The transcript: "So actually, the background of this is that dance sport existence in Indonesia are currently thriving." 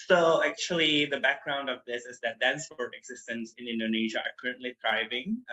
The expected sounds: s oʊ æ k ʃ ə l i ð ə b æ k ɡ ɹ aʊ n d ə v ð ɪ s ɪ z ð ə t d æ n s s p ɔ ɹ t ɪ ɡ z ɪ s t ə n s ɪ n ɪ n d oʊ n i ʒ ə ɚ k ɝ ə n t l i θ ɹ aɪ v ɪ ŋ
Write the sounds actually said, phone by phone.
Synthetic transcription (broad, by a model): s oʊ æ k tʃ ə l i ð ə b æ k ɡ ɹ aʊ n d ə v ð ɪ s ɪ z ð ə t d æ n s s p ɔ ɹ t ɪ ɡ z ɪ s t ə n s ɪ n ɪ n d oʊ n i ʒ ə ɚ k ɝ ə n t l i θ ɹ aɪ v ɪ ŋ